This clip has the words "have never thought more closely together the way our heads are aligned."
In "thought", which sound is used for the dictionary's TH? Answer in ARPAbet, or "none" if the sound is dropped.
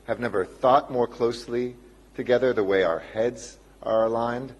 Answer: TH